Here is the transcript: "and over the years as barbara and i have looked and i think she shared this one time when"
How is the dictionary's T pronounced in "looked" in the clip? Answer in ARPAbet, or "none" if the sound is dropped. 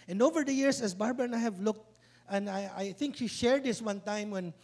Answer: T